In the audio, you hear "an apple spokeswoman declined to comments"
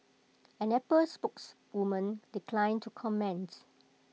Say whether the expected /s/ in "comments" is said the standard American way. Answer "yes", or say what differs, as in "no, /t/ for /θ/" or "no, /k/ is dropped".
no, /s/ is dropped